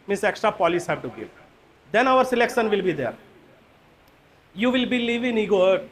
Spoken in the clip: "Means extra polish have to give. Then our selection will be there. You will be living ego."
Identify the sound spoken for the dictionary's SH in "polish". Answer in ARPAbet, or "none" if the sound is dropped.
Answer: S